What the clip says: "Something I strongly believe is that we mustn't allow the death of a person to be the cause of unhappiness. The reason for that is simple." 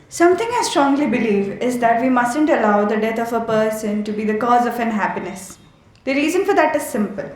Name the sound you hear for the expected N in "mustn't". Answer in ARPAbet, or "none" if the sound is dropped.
N